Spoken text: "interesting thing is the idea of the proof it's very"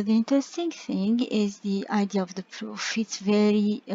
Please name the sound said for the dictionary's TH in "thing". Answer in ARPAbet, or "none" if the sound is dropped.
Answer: TH